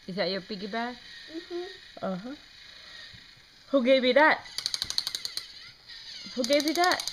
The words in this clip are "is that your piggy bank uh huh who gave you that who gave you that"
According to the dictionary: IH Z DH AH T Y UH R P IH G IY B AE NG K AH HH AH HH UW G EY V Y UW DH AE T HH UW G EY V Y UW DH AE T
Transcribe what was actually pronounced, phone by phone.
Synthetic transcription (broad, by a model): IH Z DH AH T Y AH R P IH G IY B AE K AH HH AH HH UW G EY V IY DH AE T HH UW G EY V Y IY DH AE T